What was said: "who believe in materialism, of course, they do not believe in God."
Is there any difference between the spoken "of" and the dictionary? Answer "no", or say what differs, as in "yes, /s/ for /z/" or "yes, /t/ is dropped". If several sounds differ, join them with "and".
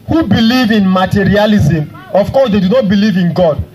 yes, /f/ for /v/